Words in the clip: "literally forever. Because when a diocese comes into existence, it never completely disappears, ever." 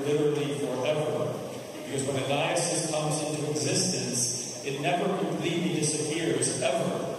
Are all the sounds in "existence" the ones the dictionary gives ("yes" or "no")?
yes